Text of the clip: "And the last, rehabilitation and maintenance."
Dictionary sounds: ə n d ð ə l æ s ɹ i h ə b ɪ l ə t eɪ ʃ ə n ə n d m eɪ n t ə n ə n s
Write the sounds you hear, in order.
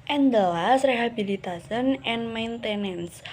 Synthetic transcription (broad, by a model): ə n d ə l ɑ s ɹ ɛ h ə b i l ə t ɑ s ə n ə n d m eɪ n t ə n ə n s